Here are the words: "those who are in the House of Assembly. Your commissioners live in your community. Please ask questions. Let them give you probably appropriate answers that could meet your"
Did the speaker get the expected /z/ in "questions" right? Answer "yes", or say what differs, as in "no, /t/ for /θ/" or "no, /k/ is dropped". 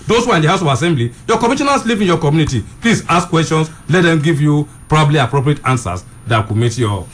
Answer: no, /s/ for /z/